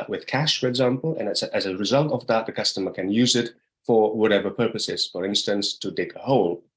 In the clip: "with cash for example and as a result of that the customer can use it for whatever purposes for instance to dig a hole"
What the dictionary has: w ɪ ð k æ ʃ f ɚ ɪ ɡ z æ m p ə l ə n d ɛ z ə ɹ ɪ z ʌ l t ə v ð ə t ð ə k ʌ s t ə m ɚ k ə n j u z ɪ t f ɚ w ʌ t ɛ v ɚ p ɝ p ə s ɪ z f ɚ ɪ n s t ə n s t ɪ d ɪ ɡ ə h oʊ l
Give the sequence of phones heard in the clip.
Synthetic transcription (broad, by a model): w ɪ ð k æ ʃ f ɚ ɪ ɡ z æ m p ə n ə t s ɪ z ə ɹ ɪ z ʌ l t ə v ð ə t ð ə k ʌ s t ə m ɚ k ə n j u z ɪ t f ɚ w ʌ t ɛ v ɚ p ɝ p ə s ɪ z f ɚ ɪ n s t ə n s t ɪ d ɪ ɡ ə h oʊ l